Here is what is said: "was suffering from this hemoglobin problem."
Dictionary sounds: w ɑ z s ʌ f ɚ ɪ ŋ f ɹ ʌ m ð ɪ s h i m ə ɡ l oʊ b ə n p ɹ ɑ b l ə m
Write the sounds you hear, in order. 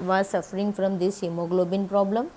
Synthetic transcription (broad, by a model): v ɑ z s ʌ f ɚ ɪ ŋ f ɹ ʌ m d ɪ s h i m ə ɡ l oʊ b ə n p ɹ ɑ b l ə m